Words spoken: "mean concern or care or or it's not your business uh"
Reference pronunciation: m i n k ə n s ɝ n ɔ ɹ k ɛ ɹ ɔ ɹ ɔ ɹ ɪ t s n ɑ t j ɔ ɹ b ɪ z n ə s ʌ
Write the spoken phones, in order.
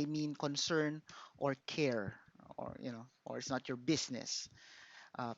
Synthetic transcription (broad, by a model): m i n k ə n s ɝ n ɔ ɹ k ɛ ɹ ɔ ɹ ɔ ɹ ɪ t s n ɑ t j ɔ ɹ b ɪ s n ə s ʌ